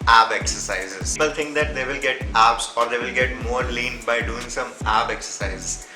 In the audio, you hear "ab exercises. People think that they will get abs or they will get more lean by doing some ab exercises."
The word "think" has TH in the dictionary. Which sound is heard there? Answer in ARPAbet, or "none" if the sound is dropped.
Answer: T